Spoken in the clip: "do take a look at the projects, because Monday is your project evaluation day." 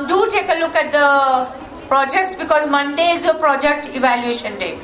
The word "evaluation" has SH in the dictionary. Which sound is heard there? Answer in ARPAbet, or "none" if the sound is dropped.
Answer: SH